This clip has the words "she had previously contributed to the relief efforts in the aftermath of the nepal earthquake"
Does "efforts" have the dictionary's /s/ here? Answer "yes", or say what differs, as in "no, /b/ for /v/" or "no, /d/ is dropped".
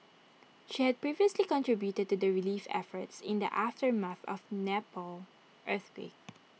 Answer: yes